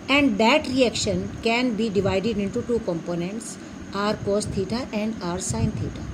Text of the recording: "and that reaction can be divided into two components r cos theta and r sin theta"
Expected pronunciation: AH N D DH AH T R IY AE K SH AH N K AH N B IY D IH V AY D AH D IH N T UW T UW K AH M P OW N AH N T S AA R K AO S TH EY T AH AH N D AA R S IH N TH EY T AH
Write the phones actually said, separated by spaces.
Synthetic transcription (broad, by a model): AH N D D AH T R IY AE K SH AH N K AH N B IY D IH V AY D AH D IH N T UW T UW K AH M P OW N AH N T S AA R K AO S T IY T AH AH N D AA R S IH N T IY T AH